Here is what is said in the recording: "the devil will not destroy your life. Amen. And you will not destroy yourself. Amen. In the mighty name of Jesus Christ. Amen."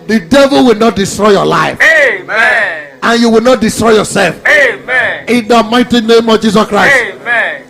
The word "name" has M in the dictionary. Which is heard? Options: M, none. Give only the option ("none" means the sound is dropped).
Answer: M